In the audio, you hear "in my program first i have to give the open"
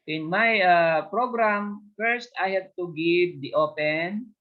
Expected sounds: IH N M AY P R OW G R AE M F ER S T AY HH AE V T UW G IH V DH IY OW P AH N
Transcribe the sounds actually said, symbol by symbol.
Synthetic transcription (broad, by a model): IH N M AY P R OW G R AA M F ER S T AY HH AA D T UW G IH V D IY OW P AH N